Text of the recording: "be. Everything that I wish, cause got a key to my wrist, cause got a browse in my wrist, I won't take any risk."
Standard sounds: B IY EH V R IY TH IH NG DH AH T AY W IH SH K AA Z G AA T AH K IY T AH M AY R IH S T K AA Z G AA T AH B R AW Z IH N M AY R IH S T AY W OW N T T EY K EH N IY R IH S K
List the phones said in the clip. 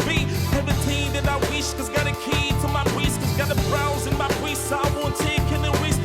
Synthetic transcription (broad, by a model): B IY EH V IY T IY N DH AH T AY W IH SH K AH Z G AA T AH K IY T AH M AY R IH S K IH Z G AA T AH B R AW Z IH N M AY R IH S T AY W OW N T T EY K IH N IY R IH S